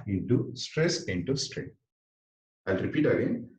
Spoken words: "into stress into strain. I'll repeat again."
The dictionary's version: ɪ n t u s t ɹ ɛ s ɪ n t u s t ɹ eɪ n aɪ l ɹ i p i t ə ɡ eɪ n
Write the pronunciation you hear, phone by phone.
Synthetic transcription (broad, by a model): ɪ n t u s t ɹ ɛ s ɪ n t u s t ɹ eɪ aɪ l ɹ i p i t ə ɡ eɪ n